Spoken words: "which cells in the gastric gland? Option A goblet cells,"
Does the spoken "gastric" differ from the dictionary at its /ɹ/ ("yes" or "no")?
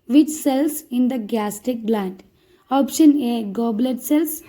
yes